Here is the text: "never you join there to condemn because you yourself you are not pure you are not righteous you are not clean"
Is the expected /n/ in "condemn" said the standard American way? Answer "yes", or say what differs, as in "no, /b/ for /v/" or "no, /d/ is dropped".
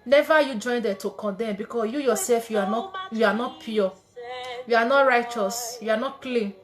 yes